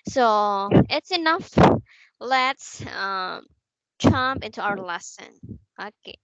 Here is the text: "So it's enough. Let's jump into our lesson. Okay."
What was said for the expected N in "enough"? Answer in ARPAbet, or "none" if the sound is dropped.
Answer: N